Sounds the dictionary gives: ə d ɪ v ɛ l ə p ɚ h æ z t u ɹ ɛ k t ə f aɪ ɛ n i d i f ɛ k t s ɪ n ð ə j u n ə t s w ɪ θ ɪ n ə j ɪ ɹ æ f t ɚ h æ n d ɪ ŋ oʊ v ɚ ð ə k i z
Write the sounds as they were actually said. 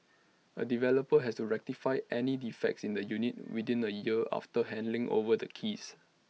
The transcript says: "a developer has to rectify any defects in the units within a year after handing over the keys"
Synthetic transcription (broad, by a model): ə d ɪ v ɛ l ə p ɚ h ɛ s t u ɹ ɛ k t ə f aɪ ɛ n i d i f ɛ k t s ɪ n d ə j u n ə t w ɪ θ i n ə j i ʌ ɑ f t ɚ h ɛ n d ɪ ŋ oʊ v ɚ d ə k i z